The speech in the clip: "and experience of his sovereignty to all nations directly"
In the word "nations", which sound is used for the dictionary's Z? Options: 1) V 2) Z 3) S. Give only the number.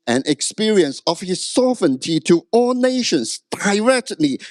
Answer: 3